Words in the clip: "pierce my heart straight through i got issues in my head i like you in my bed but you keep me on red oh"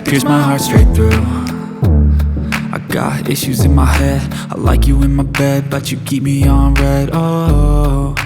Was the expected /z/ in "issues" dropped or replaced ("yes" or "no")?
no